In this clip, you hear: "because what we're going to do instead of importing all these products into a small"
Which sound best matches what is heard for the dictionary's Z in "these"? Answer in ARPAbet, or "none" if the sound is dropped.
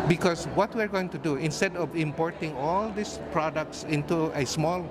S